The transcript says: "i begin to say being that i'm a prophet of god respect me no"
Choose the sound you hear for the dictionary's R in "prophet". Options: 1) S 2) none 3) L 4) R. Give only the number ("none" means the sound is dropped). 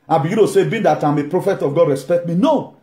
4